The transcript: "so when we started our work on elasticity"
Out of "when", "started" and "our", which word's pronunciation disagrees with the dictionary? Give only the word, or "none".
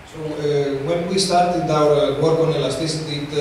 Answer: our